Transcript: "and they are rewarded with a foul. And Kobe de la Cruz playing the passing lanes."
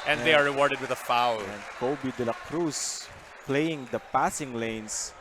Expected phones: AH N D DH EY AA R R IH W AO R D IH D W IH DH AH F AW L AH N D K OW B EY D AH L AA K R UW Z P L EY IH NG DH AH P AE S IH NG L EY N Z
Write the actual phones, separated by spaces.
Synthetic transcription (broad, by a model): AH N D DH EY AA R R IH W AO R D IH D W IH DH AH F AW L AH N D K OW B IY D AH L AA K R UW S P L EY IH NG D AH P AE S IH NG L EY N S